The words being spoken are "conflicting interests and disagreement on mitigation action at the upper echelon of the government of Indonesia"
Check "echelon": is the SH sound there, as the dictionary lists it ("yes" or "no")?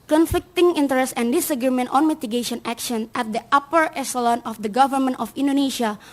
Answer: no